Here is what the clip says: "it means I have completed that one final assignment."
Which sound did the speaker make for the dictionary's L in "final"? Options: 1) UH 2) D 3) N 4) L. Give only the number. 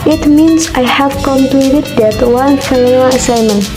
3